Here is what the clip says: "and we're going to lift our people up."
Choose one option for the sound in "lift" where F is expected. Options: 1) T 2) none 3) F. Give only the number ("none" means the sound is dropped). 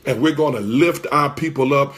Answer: 3